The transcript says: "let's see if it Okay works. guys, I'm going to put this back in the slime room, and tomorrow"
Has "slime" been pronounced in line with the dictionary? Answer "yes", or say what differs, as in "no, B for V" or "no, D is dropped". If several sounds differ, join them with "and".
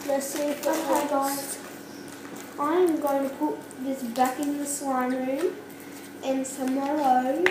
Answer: no, W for L